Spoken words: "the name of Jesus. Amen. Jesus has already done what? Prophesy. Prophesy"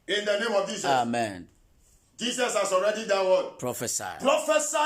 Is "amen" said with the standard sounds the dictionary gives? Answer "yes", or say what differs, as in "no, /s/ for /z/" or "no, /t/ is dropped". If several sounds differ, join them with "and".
yes